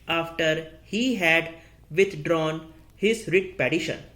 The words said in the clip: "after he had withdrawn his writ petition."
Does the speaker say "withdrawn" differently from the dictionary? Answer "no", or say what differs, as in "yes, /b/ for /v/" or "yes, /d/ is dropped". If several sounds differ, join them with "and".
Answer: yes, /t/ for /θ/